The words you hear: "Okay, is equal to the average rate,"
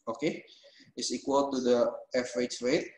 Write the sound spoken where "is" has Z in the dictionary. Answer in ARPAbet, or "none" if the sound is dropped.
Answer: S